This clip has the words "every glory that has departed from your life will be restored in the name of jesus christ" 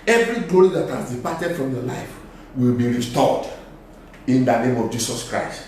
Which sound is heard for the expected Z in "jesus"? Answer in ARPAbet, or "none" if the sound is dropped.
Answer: S